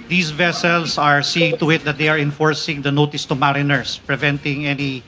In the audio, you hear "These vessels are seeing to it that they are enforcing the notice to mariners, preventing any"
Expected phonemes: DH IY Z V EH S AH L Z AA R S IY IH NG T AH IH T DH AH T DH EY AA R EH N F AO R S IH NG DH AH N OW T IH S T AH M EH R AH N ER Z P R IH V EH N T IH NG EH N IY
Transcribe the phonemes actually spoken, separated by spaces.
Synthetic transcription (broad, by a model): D IY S V EH S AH L S AA R S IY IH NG T AH IH T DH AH T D EY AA R EH N F AO R S IH NG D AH N OW T IH S T AH M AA R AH N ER S P R IH V EH N T IH NG EH N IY